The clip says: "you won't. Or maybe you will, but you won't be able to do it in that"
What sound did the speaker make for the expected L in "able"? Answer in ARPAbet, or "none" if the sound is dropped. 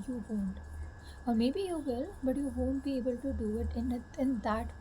L